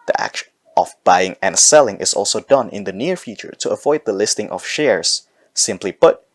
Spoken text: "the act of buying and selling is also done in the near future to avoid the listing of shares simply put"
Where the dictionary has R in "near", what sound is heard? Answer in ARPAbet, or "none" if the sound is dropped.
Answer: R